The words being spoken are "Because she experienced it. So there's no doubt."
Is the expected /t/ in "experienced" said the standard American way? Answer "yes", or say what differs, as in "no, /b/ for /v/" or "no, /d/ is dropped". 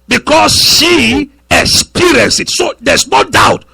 no, /t/ is dropped